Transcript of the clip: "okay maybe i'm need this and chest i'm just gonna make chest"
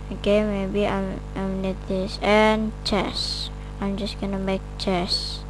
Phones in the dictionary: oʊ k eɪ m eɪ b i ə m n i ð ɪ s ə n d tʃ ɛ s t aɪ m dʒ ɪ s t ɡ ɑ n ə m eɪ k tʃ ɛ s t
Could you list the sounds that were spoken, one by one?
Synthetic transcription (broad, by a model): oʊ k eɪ m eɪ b i ə m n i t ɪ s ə n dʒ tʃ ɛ s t aɪ m dʒ ɪ s t ɡ ɑ n ə m eɪ k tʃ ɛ s